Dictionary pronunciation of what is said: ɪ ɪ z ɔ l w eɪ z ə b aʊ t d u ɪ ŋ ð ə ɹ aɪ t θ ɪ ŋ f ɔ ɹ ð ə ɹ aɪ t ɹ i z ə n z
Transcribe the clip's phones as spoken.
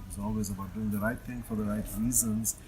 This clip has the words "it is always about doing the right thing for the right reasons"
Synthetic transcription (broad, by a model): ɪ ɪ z ɔ l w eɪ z ə b aʊ t d u ɪ ŋ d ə ɹ aɪ t t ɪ ŋ f ɔ ɹ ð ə ɹ aɪ t ɹ i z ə n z